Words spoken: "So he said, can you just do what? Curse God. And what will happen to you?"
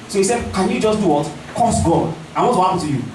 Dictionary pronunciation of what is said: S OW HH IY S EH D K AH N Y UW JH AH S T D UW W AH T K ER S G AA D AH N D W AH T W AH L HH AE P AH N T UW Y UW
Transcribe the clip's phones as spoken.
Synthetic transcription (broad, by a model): S OW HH IY S EH D K AH N Y UW JH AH S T D UW W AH T K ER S G AA AH W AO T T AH HH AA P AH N T UW Y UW